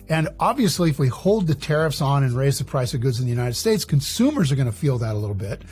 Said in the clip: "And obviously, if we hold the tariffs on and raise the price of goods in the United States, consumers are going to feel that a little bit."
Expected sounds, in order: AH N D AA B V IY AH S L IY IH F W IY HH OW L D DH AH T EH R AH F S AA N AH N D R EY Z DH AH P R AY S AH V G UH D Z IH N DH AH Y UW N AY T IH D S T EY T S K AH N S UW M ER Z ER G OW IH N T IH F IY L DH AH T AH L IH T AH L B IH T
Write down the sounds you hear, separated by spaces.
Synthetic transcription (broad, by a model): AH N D AA B V IY AH S L IY IH F W IY HH OW L D DH AH T EH R AH F S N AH N R EY Z DH AH P R AY S AH V G UH D Z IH N DH AH Y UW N AY T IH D S T EY T S K AH N S UW M ER Z ER G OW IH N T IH F IY L DH AH T AH L IH T L B IH T